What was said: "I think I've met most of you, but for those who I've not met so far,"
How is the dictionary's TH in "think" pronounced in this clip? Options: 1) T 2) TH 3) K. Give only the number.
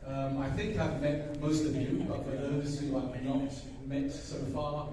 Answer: 2